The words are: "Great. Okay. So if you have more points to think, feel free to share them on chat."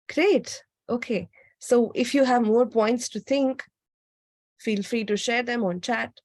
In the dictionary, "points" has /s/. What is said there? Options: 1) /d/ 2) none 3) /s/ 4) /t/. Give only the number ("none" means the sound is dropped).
3